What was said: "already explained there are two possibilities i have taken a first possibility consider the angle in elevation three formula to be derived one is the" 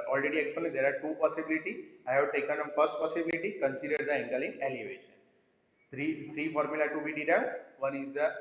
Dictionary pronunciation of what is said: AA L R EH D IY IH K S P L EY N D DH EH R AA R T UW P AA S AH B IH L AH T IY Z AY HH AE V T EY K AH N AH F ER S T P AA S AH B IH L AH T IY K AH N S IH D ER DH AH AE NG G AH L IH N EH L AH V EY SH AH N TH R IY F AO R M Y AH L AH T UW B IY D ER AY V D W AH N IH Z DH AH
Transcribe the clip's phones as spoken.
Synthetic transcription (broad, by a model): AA L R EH D IY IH K S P N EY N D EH R AA R T UW P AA S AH B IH L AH T IY AY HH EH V T EY K AH N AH F ER S T P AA S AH B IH L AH T IY K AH N S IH D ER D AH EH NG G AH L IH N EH L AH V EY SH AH N T R IY F AO R M Y AH L AH T UW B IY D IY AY V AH N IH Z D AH